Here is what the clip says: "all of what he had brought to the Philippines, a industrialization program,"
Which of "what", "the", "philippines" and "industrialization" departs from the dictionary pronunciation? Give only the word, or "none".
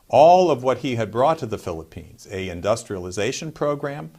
none